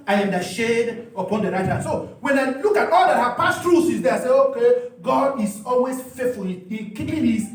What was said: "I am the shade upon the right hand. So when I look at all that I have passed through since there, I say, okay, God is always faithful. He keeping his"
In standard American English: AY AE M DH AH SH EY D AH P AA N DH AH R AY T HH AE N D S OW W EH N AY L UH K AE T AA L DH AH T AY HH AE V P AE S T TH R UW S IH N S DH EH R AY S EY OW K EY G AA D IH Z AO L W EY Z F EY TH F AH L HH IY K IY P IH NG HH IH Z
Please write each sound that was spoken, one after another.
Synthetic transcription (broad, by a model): AY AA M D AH SH EY D AH P AA N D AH R AY T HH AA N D S OW W EH N AY L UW K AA T AA L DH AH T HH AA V P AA S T R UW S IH S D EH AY S EY OW K EY G AA D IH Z AO L W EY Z F EY T F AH L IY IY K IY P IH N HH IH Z